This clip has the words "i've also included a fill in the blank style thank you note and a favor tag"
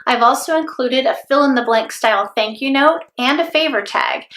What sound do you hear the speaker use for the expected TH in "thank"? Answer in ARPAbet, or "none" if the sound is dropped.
TH